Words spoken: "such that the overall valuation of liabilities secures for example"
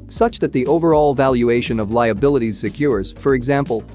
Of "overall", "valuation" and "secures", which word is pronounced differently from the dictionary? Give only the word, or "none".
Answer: none